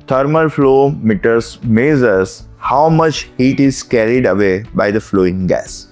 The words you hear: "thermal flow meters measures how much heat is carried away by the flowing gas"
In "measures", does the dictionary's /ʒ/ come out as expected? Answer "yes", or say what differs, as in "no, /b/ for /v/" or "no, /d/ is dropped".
no, /z/ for /ʒ/